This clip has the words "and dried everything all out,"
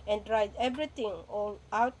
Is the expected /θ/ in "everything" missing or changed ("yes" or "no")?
yes